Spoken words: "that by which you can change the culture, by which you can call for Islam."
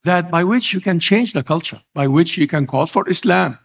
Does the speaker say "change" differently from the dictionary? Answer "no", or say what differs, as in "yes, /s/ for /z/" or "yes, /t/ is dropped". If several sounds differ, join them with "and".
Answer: no